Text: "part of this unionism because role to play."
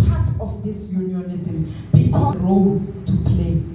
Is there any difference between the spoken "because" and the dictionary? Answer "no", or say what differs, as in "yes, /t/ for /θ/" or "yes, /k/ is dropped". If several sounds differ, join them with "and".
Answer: yes, /z/ is dropped